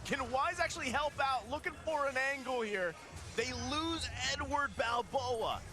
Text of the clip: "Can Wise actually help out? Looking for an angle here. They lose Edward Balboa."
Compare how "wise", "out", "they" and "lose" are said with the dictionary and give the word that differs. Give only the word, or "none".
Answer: none